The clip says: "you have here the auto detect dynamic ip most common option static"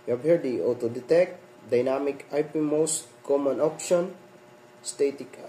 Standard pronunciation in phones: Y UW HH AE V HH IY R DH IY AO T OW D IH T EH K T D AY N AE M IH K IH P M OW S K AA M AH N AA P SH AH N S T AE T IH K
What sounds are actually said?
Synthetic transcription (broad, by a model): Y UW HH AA B HH IY R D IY AO T OW D IH T EH K T D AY N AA M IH K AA P M OW S K AA M AH N AA P SH AH N S T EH T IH K